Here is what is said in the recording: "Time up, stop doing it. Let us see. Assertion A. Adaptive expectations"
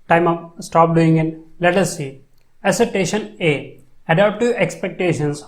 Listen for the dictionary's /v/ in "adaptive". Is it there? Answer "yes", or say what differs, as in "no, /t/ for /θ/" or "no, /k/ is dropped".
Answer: no, /v/ is dropped